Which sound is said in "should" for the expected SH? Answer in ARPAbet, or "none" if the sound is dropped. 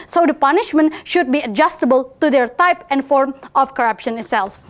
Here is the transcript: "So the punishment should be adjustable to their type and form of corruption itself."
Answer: SH